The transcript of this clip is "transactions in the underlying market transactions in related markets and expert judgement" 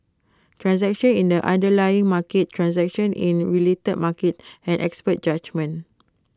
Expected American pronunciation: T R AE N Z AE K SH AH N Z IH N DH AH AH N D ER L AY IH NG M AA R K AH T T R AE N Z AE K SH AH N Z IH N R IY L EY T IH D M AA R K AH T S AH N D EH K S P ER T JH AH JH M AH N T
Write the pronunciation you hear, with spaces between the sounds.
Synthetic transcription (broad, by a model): T R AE N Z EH K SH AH N IH N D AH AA N D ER L AY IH NG M AA K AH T T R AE N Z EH K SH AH N IH N R IY L EY T IH D M AA K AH T AH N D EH K S P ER T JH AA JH M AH N